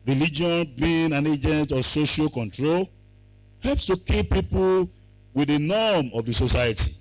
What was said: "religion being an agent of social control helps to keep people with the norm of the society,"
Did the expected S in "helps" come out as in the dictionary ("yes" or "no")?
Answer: yes